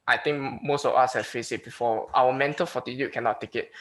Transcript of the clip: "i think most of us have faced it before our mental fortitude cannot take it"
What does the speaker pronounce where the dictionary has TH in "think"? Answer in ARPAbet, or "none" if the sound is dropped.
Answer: T